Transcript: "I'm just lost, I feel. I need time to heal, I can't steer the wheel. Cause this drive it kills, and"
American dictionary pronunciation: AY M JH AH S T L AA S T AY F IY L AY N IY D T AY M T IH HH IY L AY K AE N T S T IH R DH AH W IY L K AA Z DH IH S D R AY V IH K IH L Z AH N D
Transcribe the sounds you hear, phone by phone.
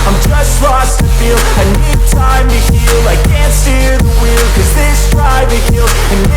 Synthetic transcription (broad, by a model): AY M JH AH S T L AA S T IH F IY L AY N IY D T AY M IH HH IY L AY K AE N T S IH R DH AH W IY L K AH Z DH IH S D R AY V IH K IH L AH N